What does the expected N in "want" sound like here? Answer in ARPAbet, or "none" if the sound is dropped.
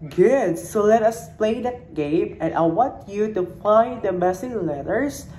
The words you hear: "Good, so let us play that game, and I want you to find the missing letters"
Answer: N